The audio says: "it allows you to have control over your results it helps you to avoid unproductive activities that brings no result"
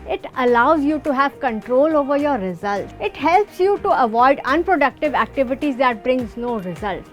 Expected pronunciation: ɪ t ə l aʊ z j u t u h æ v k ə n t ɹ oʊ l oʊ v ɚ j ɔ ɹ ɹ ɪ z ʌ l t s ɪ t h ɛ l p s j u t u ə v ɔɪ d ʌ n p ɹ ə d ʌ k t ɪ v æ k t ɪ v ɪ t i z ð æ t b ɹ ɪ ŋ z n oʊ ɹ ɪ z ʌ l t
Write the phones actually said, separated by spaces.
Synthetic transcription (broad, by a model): ɪ t ə l aʊ z j u t u h æ v k ə n t ɹ oʊ l oʊ v ɚ j ɔ ɹ ɹ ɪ z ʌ l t ɪ t h ɛ l p s j u t u ə v ɔɪ d ʌ n p ɹ ə d ʌ k t ɪ v æ k t ɪ v ɪ t i z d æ t b ɹ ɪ ŋ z n oʊ ɹ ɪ z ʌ l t